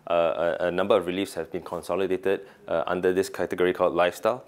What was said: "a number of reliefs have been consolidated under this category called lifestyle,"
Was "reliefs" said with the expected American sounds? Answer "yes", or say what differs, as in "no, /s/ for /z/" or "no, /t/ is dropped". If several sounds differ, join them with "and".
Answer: yes